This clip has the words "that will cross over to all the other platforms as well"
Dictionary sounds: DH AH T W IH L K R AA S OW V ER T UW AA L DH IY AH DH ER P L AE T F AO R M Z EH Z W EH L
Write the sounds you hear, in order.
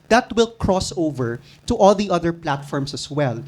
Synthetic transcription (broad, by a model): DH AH T W IH L K R AA S OW V ER T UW AA L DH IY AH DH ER P L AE T F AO R M S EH S W EH L